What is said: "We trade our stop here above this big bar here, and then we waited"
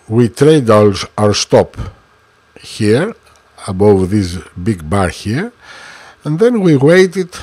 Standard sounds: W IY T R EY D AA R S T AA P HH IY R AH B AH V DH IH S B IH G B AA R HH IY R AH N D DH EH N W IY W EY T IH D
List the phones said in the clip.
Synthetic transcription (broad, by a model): W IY T R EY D AA R S T AA P HH IY R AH B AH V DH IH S B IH G B AA R HH IY R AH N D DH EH N W IY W EY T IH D